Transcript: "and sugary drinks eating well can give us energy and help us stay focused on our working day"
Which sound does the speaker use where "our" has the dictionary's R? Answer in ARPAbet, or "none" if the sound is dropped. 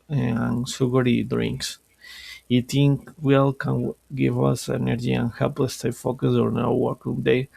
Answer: W